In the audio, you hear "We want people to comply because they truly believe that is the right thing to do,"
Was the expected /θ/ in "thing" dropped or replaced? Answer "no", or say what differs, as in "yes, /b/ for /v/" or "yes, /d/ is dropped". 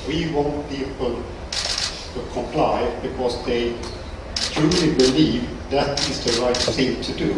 yes, /s/ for /θ/